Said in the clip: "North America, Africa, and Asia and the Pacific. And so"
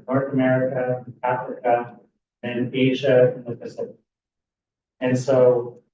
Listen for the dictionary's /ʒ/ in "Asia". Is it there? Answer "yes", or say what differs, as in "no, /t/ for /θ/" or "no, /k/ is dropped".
yes